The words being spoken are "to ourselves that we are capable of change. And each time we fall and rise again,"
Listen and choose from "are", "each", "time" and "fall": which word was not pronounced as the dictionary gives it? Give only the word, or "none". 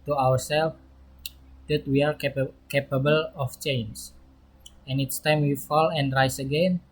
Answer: each